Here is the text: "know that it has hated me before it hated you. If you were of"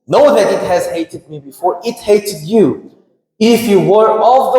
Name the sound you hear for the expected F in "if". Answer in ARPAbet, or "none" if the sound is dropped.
F